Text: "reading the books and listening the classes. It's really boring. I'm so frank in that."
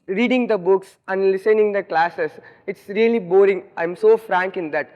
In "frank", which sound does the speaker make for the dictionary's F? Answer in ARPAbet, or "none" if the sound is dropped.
F